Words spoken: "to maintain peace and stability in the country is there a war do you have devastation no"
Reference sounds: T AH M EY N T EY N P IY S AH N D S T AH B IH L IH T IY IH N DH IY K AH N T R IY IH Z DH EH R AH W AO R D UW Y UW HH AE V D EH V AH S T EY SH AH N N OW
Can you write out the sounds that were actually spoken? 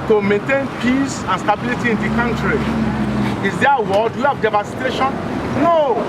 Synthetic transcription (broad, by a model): T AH M EY N T EY N P IY S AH N S T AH B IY L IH T IY IH N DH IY K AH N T R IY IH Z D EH AH W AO L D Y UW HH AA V D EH V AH S T EY SH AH N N OW